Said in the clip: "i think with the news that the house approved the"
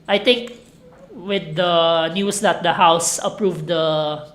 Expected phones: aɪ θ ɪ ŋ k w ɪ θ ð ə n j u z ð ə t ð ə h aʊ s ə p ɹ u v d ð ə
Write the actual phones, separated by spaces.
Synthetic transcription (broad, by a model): aɪ t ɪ ŋ k w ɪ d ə n j u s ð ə t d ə h aʊ s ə p ɹ u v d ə